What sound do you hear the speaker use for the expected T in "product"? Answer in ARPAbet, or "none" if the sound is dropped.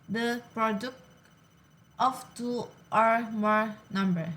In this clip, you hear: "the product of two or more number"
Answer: T